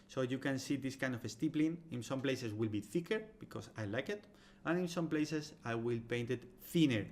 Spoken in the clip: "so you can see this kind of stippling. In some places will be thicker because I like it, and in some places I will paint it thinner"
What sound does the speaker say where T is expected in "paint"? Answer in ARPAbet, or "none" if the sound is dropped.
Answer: T